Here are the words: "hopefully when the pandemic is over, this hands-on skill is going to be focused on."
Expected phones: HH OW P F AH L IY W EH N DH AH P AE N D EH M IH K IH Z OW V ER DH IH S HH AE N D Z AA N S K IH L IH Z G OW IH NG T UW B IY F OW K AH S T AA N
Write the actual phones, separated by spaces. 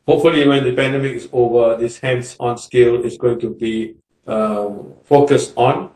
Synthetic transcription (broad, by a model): HH OW P F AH L IY W EH N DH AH P AE N D EH M IH K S OW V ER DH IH S HH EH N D S AA N S K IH L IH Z G OW IH NG T UW B IY F OW K AH S T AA N